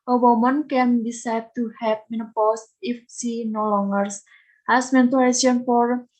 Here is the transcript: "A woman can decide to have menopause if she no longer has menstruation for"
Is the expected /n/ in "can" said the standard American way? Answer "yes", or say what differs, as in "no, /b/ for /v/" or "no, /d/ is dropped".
yes